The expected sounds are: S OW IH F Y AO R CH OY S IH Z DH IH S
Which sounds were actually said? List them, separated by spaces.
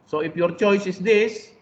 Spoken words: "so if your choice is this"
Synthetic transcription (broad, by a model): S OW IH P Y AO R CH OY S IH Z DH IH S